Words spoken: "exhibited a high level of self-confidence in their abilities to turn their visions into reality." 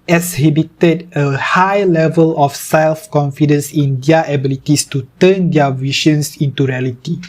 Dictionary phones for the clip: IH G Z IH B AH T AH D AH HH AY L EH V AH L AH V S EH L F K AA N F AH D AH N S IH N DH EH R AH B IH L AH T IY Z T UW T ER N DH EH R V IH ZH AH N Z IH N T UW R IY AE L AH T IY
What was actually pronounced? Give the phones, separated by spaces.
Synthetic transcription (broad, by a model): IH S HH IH B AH T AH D AH HH AY L EH V AH L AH F S EH L F K AA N F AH D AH N S IH N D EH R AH B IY L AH T IY S T UW T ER N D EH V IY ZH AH N S IH N T UW R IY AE L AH T IY